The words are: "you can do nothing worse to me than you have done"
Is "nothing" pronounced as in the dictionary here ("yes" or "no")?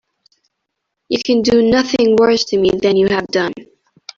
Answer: yes